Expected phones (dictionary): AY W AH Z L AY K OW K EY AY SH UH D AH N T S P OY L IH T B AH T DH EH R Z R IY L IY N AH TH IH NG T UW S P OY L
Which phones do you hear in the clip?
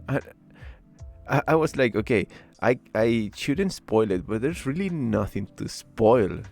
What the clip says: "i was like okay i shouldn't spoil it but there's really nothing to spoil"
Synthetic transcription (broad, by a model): AY W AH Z L AY K OW K EY AY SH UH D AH N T S P OY L IH T B AH T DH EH R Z R IY L IY N AH TH IH NG T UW S P OY L